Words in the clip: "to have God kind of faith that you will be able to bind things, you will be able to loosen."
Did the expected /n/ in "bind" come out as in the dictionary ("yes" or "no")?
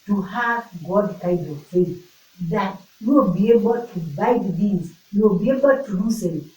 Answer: no